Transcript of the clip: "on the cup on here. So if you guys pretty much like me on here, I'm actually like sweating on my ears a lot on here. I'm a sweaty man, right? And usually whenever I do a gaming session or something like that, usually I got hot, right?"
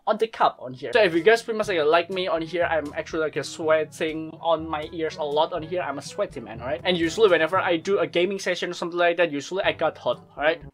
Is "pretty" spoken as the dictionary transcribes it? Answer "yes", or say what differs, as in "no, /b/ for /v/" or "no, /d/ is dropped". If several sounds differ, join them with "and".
no, /s/ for /t/